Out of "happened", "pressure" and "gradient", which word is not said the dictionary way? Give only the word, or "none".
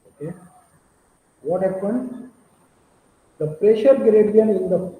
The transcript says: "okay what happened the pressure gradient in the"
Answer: gradient